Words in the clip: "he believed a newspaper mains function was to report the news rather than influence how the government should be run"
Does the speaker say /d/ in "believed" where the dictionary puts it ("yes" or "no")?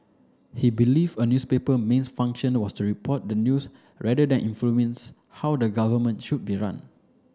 no